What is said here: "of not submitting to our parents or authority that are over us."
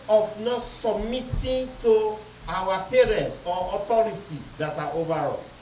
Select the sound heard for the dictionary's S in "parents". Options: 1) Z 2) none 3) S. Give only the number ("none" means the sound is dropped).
3